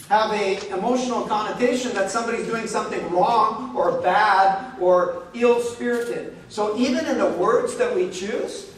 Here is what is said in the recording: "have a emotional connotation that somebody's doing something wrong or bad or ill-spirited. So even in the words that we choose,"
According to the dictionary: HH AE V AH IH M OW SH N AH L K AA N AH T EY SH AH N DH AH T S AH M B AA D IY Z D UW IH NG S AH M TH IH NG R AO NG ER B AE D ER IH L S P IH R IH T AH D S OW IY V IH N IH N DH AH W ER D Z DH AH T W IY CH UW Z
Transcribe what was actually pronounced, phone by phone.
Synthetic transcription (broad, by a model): HH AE V AH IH M OW SH N L K AA N AH T EY SH AH N DH AH T S AH M B AA D IY Z D UW IH NG S AH M TH IH NG R AO NG ER B AE D ER IH L S P IH R IH T AH D S OW IY V IH N IH N DH AH W ER D Z DH AH T W IY CH UW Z